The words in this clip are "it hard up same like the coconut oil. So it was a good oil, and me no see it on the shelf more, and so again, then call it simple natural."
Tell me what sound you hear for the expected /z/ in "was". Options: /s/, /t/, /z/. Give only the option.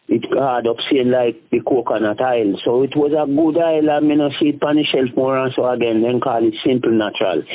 /z/